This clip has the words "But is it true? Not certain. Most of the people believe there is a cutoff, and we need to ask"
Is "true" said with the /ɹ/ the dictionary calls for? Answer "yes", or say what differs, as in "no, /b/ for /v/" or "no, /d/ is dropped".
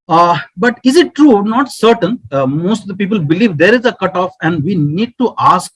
yes